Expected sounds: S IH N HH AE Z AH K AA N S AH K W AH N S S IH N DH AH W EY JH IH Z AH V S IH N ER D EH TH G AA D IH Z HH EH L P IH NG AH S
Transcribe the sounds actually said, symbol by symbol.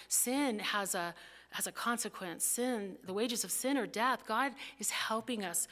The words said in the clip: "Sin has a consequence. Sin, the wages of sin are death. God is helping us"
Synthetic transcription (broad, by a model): S IH N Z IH Z AH K AA N S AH K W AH N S S IH N DH AH W EY JH IH Z AH V S IH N ER D EH TH G AA D IH Z HH EH L P IH NG AH S